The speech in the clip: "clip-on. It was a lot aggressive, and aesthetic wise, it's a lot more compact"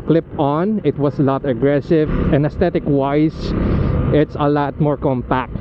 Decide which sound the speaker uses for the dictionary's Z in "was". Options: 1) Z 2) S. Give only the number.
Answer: 2